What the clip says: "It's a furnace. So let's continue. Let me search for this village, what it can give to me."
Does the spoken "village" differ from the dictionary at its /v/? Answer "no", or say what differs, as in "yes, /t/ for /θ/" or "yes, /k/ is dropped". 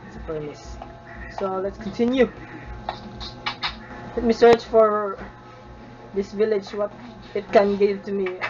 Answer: no